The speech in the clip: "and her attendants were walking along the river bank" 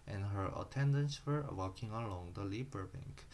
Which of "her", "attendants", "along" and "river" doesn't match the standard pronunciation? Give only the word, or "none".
river